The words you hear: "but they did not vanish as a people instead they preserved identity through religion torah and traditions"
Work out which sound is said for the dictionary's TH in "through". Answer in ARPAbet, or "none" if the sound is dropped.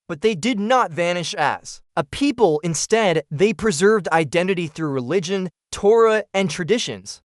TH